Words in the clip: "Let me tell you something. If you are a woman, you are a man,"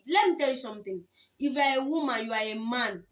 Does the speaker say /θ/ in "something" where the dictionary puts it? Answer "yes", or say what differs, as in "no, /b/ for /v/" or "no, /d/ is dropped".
no, /t/ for /θ/